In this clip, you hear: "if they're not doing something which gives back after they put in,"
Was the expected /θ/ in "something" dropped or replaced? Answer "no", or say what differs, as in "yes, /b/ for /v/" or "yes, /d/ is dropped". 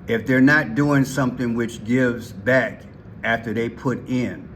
no